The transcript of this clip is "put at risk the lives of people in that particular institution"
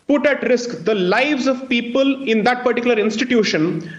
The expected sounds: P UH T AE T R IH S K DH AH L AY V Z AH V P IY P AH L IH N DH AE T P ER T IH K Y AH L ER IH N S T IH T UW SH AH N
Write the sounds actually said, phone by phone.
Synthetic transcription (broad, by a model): P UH T AE T R IH S K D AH L AY V Z AH V P IY P AH L IH N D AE T P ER T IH K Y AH L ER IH N S T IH T UW SH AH N